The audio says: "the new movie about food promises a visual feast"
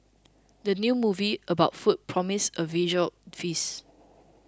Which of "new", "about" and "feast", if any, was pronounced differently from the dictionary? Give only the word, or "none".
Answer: feast